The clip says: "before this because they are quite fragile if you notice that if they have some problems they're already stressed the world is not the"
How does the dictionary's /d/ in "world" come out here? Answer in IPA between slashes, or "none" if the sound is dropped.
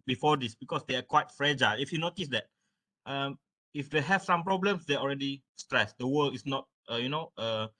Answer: none